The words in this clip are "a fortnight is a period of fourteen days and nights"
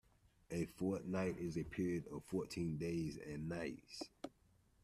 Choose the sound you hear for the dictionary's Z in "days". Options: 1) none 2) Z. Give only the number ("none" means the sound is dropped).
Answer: 2